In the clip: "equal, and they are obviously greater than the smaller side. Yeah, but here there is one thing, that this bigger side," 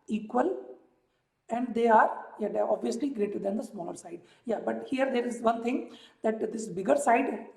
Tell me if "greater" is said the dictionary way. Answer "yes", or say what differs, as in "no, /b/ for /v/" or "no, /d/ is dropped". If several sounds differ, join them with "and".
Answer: yes